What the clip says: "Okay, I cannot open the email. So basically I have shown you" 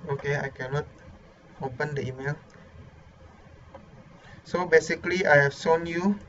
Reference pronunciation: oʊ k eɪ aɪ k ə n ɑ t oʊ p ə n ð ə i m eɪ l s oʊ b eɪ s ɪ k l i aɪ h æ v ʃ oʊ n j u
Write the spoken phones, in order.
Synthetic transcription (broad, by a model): oʊ k eɪ aɪ k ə n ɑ t oʊ p ə n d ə i m eɪ l s oʊ b eɪ s ɪ k l i aɪ h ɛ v s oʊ n j u